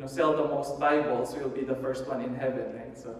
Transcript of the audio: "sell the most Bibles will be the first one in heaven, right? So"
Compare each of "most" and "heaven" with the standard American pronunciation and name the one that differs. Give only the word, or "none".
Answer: none